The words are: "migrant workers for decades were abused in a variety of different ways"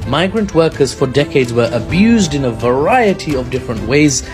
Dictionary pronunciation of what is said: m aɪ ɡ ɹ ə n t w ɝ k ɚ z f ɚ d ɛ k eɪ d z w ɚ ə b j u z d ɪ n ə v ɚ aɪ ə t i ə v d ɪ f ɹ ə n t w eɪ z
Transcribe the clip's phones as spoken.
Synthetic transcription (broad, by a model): m aɪ ɡ ɹ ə n t w ɝ k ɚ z f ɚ d ɛ k eɪ d z w ɚ ə b j u z d ɪ n ə v ɚ aɪ ə t i ə v d ɪ f ɹ ə n t w eɪ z